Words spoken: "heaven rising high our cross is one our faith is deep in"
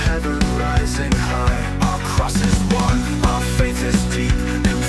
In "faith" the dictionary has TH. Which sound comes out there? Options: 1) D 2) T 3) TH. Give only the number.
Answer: 2